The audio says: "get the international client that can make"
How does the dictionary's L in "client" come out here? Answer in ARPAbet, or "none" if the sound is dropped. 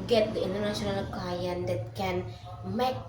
none